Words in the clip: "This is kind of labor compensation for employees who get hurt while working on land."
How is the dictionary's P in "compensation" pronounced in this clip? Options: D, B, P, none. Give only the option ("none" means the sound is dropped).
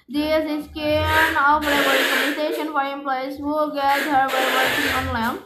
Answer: none